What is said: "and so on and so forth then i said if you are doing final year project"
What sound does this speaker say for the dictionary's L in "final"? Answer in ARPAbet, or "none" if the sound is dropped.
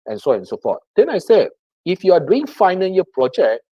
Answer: N